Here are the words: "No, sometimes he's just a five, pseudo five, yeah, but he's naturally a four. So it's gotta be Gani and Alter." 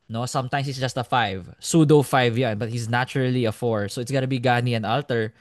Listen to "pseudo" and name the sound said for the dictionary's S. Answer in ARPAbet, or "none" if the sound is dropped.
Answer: S